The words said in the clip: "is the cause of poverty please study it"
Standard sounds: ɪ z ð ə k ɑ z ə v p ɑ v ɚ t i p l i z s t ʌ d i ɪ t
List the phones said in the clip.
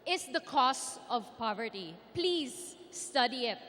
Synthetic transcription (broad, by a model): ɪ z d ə k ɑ s ə v p ɑ v ɚ t i p l i z s t ʌ d i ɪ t